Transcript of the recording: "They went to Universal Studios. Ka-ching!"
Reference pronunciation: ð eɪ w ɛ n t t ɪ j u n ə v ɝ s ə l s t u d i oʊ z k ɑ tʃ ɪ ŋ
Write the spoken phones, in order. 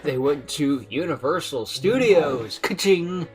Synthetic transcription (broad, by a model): ð eɪ w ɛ n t t ɪ j u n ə v ɝ s l s t u d i oʊ z k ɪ tʃ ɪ ŋ